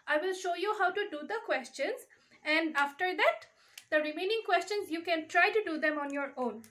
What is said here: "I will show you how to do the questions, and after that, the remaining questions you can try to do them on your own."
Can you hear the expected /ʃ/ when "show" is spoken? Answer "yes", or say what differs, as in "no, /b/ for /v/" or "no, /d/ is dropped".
yes